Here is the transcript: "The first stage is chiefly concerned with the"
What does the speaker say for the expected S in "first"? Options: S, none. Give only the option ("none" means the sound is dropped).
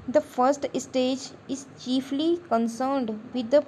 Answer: S